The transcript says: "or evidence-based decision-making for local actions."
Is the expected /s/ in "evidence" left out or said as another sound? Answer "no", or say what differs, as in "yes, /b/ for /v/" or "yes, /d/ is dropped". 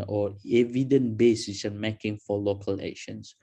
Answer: yes, /s/ is dropped